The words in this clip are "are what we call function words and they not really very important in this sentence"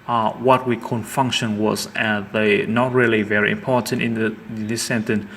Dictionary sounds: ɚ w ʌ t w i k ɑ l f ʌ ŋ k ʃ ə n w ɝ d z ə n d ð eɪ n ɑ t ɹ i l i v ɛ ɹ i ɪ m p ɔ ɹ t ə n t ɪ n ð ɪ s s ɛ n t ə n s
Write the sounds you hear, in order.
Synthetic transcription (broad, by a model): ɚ w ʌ t w i k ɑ n f ʌ ŋ k ʃ ə n w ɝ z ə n ð eɪ n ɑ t ɹ i l i v ɛ ɹ i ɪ m p ɔ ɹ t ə n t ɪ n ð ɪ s s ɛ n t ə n